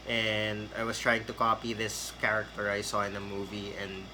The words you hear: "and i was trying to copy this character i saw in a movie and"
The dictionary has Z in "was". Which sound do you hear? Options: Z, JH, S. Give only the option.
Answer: S